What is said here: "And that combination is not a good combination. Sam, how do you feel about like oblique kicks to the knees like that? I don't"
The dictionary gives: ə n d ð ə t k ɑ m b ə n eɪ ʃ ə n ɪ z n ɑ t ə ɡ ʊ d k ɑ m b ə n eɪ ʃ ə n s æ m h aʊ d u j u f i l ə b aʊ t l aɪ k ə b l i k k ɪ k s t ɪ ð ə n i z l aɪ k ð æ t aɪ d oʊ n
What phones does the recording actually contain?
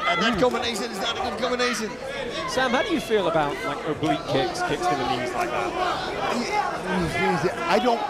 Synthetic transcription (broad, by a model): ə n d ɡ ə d k ɑ m b ə n eɪ ʃ ə n ɪ z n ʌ t ə ɡ ʊ d k ɑ m b ə n eɪ ʃ ə n s æ m h aʊ d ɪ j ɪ f i l ə b aʊ t l aɪ k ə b l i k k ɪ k s s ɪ ð ə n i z l aɪ k ð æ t aɪ d oʊ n